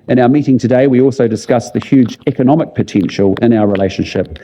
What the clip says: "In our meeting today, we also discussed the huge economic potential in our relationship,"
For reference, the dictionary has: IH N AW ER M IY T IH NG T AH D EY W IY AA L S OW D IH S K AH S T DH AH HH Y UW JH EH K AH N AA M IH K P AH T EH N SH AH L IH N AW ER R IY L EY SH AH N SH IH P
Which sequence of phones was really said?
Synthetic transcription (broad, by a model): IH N AW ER M IY T IH NG T AH D EY W IY AA L S OW D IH S K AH S DH AH HH Y UW JH EH K AH N AA M IH K P AH T EH N SH AH L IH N AW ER R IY L EY SH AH N SH IH P